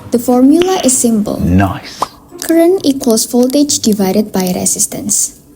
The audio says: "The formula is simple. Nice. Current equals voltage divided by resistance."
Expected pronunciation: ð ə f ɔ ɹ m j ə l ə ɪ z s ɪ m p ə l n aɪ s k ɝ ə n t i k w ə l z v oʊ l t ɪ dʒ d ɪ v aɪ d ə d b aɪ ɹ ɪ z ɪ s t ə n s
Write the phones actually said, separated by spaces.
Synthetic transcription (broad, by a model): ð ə f ɔ ɹ m j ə l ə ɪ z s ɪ m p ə l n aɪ k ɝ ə n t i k w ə l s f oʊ l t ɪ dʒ d ɪ v aɪ d ə d b aɪ ɹ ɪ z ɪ s t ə n s